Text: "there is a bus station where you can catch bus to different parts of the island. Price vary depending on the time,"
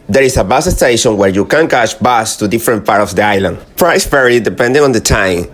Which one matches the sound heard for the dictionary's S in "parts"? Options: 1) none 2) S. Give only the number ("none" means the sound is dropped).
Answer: 1